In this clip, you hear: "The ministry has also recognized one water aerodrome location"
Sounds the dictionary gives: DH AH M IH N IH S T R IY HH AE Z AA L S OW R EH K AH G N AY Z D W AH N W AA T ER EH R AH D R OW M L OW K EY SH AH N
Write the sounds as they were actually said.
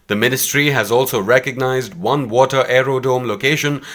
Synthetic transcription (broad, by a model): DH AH M IH N IH S T R IY HH AE Z AA L S OW R EH K AH G N AY Z D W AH N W AA T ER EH R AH D OW M L OW K EY SH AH N